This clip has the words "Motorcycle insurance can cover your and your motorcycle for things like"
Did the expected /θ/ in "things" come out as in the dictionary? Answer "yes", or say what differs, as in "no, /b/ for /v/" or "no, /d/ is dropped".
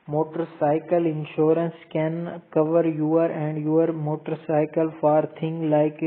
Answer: no, /t/ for /θ/